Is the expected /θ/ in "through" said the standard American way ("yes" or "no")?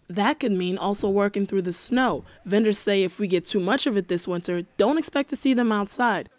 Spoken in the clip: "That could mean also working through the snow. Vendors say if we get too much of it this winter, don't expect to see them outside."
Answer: yes